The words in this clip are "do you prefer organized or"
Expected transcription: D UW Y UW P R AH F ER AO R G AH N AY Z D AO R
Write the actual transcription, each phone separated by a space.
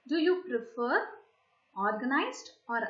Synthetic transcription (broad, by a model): D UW Y UW P R AH F ER AO R G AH N AY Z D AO R